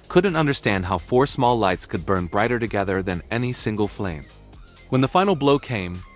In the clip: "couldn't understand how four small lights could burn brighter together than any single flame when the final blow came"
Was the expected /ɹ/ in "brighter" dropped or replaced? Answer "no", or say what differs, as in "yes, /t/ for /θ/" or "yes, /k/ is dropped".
no